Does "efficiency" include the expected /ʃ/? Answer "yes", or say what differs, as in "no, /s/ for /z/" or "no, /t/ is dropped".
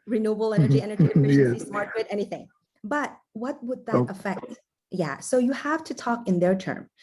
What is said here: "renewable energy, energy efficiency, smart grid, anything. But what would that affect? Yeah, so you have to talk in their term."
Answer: no, /ʃ/ is dropped